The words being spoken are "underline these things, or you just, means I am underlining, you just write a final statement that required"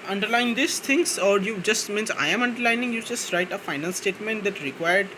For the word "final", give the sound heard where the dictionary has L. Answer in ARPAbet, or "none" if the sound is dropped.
N